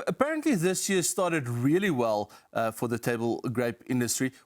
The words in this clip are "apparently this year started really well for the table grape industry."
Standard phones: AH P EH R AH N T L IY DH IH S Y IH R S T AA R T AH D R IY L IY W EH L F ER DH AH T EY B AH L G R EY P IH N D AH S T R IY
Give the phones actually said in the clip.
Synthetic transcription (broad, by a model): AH P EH R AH N T L IY DH IH S Y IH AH S T AA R T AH D R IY L IY W EH L F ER DH AH T EY B AH L G R EY P IH N D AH S T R IY